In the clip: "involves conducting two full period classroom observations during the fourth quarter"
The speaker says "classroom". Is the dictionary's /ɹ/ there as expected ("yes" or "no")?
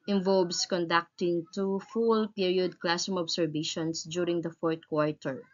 no